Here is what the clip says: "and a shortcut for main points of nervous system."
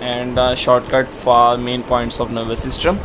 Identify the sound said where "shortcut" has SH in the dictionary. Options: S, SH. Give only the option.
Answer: SH